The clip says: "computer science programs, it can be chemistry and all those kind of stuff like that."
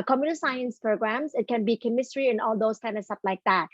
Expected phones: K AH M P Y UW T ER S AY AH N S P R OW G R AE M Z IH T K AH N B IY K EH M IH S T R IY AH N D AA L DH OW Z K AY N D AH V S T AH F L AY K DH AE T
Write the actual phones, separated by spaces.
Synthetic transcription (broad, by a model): K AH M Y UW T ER S AY AH N S P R OW G R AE M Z IH T K AH N B IY K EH M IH S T R IY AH N AA L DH OW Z K AY N D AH S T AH P L AY K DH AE T